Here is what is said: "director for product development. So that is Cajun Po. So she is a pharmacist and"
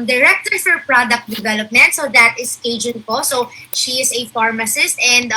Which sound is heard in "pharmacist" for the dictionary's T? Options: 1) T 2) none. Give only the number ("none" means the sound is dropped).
1